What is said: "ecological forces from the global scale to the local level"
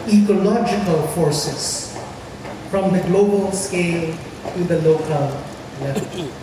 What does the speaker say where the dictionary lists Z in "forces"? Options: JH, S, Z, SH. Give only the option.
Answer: S